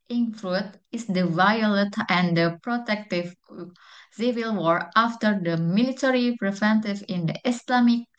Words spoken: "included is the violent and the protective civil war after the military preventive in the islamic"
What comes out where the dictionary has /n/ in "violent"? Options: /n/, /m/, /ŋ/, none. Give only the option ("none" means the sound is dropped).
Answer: none